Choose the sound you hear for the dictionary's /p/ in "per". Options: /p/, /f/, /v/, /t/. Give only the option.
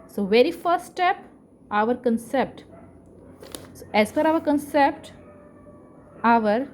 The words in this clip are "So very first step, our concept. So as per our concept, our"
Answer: /f/